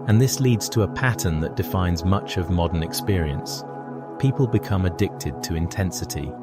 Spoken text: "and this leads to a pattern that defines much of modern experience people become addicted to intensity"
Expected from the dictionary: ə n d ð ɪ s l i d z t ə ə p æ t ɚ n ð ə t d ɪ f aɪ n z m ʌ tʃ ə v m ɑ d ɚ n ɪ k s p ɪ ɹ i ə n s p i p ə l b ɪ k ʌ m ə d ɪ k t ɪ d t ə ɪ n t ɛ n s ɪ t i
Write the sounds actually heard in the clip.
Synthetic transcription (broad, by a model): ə n ð ɪ s l i d z t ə ə p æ t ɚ n ð ə t d ɪ f aɪ n z m ʌ tʃ ə v m ɑ d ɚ n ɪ k s p ɪ ɹ i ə n s p i p ə l b ɪ k ʌ m ə d ɪ k t ɪ d t ə ɪ n t ɛ n s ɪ t i